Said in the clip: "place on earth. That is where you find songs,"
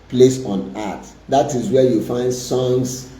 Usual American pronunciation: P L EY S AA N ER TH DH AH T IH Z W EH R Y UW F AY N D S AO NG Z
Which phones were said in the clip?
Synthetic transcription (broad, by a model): P L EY S AA N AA T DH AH T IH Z W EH Y UW F AY N D S AO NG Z